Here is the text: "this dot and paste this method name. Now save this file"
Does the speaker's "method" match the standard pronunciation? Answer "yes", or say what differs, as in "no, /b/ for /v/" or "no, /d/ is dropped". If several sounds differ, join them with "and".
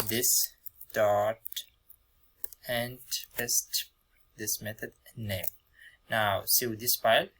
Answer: no, /t/ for /θ/